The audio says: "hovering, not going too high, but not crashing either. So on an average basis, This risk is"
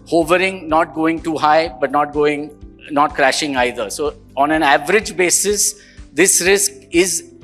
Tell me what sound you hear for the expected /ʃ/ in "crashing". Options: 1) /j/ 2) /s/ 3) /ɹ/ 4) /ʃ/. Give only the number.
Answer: 4